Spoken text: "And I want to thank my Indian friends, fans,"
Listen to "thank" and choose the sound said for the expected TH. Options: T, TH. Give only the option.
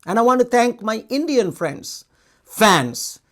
T